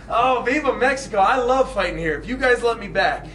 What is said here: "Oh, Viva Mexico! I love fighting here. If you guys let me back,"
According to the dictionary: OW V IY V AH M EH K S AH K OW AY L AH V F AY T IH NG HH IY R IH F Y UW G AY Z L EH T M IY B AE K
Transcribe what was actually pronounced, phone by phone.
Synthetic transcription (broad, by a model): OW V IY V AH M EH K S AH K OW AY L AH V F AY T IH NG HH IY R IH F Y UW G AY Z L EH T M IY B AE K